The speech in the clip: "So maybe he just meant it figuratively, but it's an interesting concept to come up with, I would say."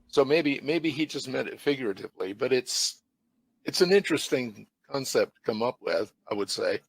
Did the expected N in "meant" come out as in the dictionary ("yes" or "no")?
no